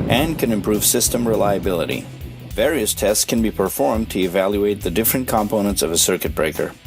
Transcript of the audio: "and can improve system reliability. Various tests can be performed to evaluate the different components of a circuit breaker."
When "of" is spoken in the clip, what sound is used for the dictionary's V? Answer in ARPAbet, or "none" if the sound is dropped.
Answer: V